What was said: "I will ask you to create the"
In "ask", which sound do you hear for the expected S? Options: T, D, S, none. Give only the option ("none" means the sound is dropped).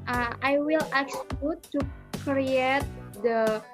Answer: none